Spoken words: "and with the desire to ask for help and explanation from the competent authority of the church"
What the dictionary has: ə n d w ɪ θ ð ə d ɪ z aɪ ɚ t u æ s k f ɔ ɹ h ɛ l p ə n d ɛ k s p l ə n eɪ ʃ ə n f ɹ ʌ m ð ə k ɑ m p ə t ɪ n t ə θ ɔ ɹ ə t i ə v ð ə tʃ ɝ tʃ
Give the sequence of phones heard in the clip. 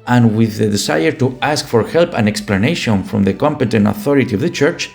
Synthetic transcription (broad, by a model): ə n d w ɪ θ ð ə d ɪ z aɪ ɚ t u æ s k f ɔ ɹ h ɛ l p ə n ɛ k s p l ə n eɪ ʃ ə n f ɹ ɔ m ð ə k ɑ m p ə t ɪ n t ə θ ɔ ɹ ə t i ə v ð ə tʃ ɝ tʃ